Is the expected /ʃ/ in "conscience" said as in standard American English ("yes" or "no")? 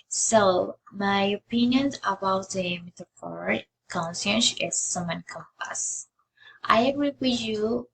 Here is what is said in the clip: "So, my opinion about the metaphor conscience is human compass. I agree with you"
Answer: no